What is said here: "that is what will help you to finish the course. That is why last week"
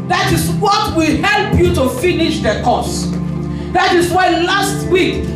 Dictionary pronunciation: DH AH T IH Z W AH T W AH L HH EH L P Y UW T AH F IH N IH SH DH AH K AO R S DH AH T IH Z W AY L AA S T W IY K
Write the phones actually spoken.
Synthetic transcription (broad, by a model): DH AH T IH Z W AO T W AH L HH EH L P Y UW T AH F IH N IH SH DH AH K AO S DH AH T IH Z W AY L AA S T W IY K